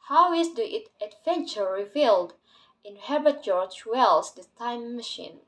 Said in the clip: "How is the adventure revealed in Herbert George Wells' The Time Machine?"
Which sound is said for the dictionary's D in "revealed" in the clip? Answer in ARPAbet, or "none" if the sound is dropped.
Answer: D